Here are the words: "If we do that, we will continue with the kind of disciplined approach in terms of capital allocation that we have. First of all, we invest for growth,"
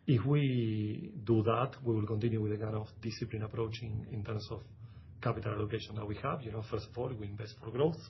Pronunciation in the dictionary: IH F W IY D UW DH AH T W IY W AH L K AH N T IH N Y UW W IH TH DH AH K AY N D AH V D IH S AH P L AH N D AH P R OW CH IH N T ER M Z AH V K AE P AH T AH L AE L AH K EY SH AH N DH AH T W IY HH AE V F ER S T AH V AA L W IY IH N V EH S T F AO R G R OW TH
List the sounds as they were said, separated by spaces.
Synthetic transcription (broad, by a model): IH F W IY D UW DH AH T W IY W AH L K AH N T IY N Y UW W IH DH AH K AY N AH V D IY S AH P L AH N AH P R OW CH IH N T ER M S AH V K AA P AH T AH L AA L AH K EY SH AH N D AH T W IY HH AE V F ER S T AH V AA L W IY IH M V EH S T F AO R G R OW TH